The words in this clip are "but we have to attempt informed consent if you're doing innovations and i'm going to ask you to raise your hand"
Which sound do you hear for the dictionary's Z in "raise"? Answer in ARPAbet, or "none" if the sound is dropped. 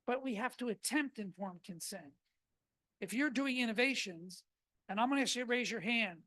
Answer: Z